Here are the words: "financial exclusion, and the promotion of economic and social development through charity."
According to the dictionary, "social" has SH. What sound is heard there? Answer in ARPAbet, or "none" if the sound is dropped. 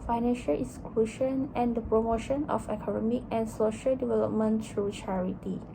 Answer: SH